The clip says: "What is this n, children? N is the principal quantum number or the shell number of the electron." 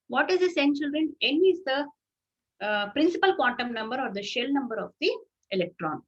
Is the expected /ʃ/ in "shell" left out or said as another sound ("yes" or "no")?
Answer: no